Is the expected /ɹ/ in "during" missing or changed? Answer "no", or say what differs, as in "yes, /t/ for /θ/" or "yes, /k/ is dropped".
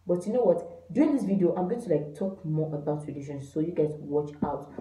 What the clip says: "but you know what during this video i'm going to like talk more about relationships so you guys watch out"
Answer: yes, /ɹ/ is dropped